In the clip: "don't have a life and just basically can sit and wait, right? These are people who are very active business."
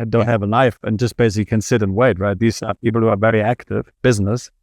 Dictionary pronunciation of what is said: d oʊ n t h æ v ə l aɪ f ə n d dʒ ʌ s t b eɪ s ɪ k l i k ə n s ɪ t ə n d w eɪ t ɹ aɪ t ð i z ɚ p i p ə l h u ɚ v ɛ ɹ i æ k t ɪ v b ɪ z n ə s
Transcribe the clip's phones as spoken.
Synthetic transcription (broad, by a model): d oʊ n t h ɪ v ə n aɪ f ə n dʒ ʌ s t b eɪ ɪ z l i k ə n s ɪ t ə n w eɪ t ɹ aɪ t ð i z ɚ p i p l h u ɚ v ɛ ɹ i æ k t ɪ v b ɪ z n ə s